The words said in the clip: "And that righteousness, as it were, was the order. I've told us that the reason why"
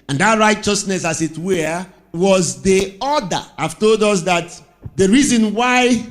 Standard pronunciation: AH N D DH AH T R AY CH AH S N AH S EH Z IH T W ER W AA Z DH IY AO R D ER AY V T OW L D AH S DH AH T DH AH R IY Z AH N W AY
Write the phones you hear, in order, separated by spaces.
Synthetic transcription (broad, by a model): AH N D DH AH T R AY CH AH S N AH S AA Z IH T W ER W AA Z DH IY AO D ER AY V T OW L D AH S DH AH T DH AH R IY Z AH N W AY